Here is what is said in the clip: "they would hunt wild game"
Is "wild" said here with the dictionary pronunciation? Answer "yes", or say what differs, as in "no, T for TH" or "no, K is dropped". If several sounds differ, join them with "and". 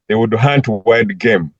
no, L is dropped